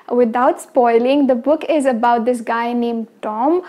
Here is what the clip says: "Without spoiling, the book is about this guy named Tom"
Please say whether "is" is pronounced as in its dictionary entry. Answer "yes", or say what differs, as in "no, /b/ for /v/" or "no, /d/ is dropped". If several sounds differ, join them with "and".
yes